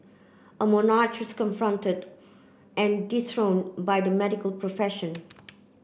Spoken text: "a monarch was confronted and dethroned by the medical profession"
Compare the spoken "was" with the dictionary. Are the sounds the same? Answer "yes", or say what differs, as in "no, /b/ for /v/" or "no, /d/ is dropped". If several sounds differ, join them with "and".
no, /s/ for /z/